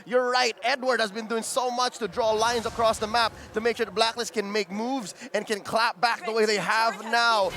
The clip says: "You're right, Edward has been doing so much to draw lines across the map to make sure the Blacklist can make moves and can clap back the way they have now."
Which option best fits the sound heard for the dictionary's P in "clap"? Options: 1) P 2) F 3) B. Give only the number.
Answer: 1